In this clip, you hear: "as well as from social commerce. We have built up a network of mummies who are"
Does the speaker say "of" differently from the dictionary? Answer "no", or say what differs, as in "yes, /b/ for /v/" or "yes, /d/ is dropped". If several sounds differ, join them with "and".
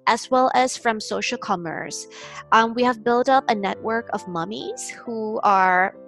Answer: no